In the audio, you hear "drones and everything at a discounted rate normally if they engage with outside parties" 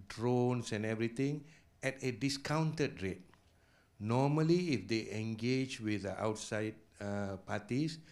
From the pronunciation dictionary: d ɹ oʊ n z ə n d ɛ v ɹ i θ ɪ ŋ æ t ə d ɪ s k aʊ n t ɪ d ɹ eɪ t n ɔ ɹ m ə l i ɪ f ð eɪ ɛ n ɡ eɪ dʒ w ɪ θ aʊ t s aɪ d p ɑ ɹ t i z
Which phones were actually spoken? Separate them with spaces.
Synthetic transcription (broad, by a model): d ɹ oʊ n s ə n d ɛ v ɹ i t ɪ ŋ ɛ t ə d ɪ s k aʊ n t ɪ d ɹ eɪ t n ɔ m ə l i ɪ f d eɪ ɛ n ɡ eɪ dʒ w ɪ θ aʊ t s aɪ d p ɑ t i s